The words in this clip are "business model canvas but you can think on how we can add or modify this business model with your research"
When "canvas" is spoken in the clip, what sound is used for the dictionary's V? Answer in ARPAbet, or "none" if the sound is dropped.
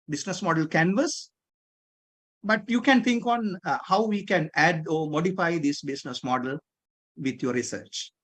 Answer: V